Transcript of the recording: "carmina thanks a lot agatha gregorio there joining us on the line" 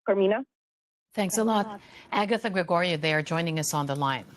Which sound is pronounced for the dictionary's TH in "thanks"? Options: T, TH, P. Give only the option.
TH